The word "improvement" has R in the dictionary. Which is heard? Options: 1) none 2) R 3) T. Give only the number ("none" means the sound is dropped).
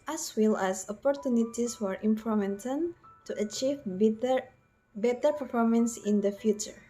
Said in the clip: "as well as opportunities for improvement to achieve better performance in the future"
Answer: 1